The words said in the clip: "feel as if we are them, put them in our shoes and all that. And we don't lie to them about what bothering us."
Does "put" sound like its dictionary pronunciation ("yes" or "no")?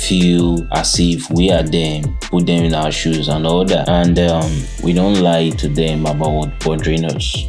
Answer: yes